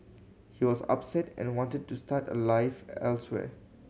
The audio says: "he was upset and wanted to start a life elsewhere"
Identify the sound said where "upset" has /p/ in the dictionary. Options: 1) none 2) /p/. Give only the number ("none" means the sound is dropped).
2